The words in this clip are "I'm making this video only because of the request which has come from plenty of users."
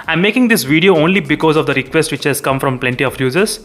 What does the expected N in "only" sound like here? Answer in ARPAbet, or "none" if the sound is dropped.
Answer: N